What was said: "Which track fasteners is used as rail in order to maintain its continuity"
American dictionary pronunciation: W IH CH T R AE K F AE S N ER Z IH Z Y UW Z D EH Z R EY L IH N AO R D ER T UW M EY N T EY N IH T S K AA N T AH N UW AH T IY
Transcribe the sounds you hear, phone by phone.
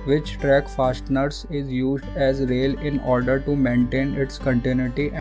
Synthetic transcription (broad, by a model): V IH CH T R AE K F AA S N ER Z IH Z Y UW Z D EH Z R EY L IH N AO R D ER T UW M EY N T EY N IH T S K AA N T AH N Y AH T IY